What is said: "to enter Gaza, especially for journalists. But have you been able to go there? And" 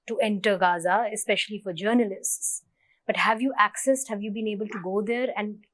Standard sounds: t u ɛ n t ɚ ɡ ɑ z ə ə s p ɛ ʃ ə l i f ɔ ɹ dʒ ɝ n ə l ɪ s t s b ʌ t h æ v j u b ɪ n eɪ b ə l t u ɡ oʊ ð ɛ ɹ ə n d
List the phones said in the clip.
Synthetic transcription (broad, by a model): t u ɛ n t ɚ ɡ ɑ z ə ə s p ɛ ʃ ə l i f ɔ ɹ dʒ ɝ n ə l ɪ s t s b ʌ t h æ v j u b ɪ n eɪ b ə l t u ɡ oʊ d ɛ ɹ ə n d